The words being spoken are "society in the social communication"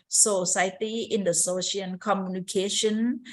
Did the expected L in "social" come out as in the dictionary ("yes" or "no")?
no